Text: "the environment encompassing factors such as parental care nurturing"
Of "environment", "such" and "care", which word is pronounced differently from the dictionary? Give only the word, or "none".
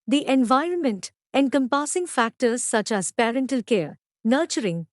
none